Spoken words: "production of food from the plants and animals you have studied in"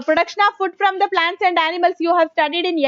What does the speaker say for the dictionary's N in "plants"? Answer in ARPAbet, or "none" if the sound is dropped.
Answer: N